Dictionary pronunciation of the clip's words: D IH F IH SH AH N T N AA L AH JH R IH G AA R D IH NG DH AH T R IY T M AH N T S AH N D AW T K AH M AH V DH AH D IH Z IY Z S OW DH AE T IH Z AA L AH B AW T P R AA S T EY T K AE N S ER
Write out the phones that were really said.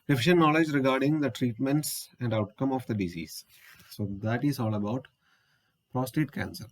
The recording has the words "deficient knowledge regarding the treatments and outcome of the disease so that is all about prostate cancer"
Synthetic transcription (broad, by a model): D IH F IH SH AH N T N AA L AH JH R IH G AA R D IH NG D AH T R IY T M AH N T S AH N D AW T K AH M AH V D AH D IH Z IY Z S OW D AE T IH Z AA L AH B AW T P R AA S T EY T K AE N S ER